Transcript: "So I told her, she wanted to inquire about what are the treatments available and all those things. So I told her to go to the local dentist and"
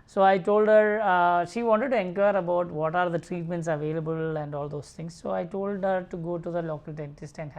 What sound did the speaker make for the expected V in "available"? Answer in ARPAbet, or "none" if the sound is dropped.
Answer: V